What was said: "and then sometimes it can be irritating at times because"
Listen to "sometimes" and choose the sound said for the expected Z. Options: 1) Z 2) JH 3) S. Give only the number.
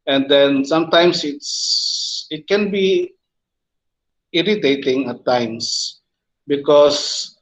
3